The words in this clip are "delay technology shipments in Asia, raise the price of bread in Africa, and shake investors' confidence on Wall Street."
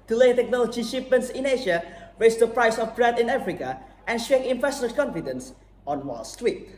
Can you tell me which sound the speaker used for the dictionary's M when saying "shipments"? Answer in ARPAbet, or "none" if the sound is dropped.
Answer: none